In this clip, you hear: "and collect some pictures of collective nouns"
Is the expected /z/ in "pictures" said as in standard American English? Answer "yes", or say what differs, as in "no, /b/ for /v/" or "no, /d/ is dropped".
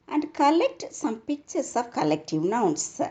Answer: no, /s/ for /z/